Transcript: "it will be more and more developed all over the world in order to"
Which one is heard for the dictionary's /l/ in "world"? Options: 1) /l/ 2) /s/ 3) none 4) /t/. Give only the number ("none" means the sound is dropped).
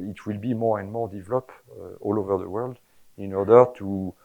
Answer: 1